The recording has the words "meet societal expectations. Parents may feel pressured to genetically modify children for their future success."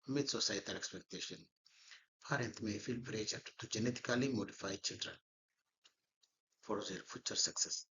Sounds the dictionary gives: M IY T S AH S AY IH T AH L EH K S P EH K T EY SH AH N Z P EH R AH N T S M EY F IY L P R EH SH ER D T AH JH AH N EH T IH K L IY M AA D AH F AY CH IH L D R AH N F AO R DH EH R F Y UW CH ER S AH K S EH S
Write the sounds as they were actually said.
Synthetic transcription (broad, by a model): M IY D S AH S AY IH T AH L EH K S P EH K T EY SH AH N P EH R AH N T M EY F IY L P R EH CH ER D T AH JH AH N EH T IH K L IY M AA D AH F AY CH IH L D R AH N F AO R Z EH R F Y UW CH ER S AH K S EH S